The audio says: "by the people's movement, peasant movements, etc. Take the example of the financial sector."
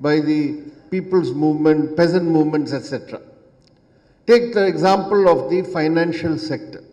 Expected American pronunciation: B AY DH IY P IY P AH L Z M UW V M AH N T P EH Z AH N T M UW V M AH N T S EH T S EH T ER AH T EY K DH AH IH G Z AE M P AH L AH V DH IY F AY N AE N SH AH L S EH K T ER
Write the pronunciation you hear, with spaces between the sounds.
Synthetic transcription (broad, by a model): B AY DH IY P IY P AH L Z M UW V M AH N T P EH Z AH N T M UW V M AH N T S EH T S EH T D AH T EY K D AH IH G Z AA M P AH L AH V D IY F AY N AE N SH AH L S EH K T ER